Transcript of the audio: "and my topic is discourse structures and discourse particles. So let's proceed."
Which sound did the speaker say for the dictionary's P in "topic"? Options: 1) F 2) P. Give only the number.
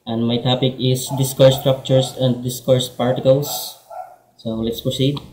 2